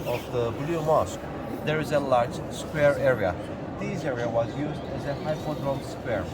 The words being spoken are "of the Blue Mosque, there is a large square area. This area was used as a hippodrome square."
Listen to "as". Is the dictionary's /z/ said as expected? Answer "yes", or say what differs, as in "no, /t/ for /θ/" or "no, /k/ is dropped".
yes